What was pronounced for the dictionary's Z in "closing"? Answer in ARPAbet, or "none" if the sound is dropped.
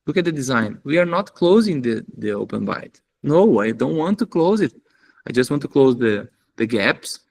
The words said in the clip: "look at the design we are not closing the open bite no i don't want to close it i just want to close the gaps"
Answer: Z